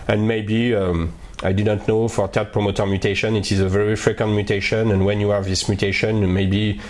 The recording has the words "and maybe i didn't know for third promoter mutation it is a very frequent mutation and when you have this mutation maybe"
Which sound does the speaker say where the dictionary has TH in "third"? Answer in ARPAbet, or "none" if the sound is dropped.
T